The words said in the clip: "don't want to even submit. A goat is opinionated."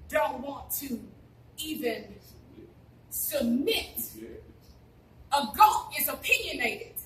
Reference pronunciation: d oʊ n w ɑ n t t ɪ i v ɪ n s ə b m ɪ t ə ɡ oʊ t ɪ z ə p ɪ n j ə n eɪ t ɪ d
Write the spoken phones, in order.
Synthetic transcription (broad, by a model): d oʊ n w ɑ n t t ɪ i v ɪ n s ə b m ɪ t ə ɡ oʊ ɪ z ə p ɪ n j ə n eɪ t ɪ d